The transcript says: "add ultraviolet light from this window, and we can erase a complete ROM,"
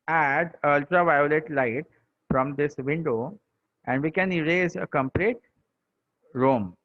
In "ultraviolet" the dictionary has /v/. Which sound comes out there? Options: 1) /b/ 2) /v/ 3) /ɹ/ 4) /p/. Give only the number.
2